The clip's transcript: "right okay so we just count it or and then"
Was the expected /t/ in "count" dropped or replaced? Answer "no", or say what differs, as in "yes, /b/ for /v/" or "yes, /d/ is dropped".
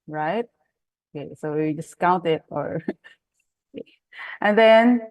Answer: no